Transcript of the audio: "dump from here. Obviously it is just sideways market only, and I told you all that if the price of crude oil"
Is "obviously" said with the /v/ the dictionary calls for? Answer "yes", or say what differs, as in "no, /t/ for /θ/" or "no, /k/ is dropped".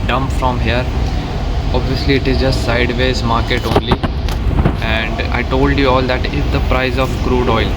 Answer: yes